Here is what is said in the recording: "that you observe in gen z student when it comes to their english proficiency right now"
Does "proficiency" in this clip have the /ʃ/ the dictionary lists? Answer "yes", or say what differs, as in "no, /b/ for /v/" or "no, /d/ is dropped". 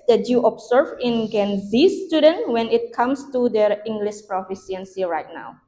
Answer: no, /s/ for /ʃ/